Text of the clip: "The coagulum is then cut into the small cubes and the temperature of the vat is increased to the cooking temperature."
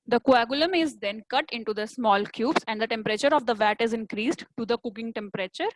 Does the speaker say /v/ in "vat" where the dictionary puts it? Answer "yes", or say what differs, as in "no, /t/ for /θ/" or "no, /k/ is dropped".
yes